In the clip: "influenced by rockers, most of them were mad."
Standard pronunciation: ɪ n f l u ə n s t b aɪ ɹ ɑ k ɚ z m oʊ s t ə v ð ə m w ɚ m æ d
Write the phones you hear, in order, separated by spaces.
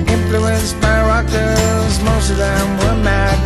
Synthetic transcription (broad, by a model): ɪ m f l u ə n s b aɪ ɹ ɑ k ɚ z m oʊ s t ə v ð ə m w ɚ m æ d